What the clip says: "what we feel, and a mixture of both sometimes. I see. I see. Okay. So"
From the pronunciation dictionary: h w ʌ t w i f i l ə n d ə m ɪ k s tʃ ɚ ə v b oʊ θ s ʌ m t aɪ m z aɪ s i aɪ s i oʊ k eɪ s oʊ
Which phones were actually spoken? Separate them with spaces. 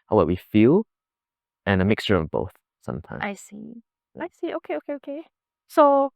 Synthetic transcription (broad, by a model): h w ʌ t w i f i l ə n ə m ɪ k s tʃ ɚ ə v b oʊ θ s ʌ m t aɪ aɪ s i aɪ s i oʊ k eɪ s oʊ